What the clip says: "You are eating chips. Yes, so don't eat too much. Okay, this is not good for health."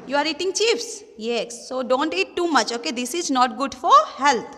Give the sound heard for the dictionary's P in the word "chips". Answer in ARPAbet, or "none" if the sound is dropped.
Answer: F